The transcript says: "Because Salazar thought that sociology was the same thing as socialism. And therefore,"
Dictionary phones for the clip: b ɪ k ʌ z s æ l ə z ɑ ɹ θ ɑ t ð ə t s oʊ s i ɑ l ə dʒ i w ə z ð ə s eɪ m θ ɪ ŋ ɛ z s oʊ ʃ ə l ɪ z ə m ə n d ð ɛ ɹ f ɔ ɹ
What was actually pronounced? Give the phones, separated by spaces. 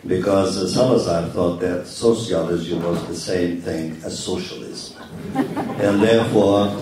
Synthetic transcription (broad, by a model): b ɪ k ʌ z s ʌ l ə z ɑ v θ ɑ t ð ə t s oʊ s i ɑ l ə z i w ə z ð ə s eɪ m θ ɪ ŋ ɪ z s oʊ ʃ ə l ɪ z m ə n ð ɛ ɹ f ɔ ɹ